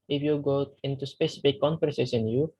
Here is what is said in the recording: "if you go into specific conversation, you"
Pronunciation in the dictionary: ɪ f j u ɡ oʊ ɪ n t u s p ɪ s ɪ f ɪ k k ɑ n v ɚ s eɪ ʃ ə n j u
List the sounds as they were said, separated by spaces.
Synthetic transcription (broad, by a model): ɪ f j u ɡ oʊ ɪ n t u s p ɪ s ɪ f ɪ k k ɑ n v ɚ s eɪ s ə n j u